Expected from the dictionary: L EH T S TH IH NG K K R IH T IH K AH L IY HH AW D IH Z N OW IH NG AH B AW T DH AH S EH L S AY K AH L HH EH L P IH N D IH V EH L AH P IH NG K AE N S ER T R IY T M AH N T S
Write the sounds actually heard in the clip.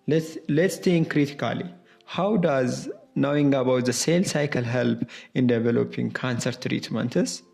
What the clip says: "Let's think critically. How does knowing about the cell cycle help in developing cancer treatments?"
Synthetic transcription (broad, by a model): L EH T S T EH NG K K R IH T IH K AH L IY HH AW D IH Z N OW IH NG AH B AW T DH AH S EH L S AY K AH L HH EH L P IH N D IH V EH L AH P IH NG K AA N S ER T R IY T M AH N T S